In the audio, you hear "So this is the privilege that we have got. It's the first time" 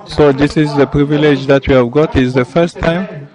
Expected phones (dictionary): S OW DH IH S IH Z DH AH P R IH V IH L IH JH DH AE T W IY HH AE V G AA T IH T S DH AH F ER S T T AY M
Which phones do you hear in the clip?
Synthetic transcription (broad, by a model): S OW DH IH S IH Z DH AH P R IH V IH L IH JH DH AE T W IY HH AE V G AA T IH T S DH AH F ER S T T AY M